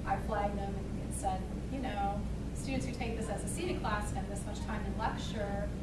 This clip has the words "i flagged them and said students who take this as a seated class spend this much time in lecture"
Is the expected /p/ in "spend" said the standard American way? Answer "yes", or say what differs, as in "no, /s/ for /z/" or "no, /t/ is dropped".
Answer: no, /p/ is dropped